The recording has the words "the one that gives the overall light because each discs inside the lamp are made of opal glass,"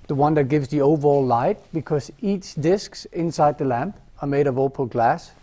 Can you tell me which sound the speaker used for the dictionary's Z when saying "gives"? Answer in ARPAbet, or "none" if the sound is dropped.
Z